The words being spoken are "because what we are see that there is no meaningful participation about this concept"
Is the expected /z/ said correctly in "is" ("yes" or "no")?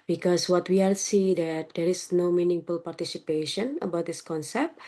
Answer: no